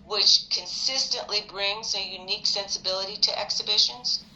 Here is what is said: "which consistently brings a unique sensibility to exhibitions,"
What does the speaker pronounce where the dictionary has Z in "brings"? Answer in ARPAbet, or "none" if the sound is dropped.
Z